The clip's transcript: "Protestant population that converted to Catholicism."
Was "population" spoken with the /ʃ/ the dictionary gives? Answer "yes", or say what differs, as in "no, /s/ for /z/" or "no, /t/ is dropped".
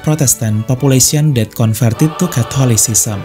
no, /s/ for /ʃ/